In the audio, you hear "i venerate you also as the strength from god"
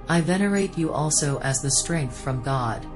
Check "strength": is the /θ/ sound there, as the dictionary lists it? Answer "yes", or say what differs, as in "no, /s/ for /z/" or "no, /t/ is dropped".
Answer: yes